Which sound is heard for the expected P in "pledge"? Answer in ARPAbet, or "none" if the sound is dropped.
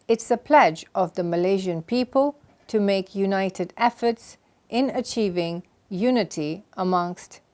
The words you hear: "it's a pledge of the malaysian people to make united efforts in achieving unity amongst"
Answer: P